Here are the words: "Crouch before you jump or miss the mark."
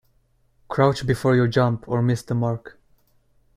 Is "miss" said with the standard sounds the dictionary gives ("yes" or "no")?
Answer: yes